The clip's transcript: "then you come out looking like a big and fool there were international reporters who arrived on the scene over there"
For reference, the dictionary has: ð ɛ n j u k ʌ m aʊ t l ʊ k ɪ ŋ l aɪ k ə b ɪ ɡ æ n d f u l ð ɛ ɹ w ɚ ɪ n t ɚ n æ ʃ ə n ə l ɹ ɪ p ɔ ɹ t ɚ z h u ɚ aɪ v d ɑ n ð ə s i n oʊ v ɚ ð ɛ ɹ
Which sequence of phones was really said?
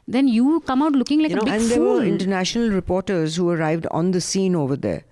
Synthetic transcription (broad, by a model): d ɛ n j u k ʌ m aʊ t l ʊ k ɪ ŋ l aɪ k ə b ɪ æ n d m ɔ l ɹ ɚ ɪ n t ɚ n æ ʃ ə n ə l ɹ ɪ p ɔ ɹ t ɚ z h u ɚ aɪ v d ɑ n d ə s i n oʊ v ɚ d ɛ ɹ